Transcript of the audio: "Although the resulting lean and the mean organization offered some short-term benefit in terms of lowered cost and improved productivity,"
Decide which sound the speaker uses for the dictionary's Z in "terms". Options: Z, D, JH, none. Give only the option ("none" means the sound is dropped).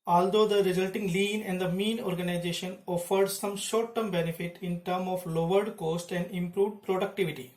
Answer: none